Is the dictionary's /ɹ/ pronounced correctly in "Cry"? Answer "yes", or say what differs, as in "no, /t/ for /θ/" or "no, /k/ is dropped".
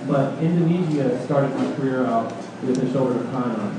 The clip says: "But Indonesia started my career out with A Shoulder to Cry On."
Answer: no, /ɹ/ is dropped